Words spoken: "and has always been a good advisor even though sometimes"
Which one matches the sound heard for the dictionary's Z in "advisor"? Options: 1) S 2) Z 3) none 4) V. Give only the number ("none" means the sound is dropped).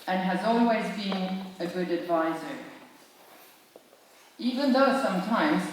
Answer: 2